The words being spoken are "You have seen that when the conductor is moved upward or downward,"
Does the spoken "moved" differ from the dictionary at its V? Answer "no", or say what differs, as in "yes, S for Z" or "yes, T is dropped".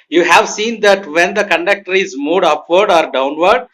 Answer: yes, V is dropped